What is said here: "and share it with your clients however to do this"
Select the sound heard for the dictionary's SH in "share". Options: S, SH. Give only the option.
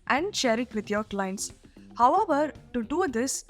SH